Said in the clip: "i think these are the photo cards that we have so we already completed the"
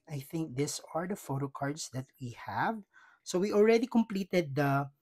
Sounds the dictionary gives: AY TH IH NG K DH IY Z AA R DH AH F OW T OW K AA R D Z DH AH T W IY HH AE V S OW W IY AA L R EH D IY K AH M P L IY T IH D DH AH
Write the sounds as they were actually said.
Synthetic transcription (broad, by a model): AY TH IH NG K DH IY S AA R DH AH F OW T OW K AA R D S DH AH T W IY HH AE V S OW W IY AA L R EH D IY K AH M P L IY T IH D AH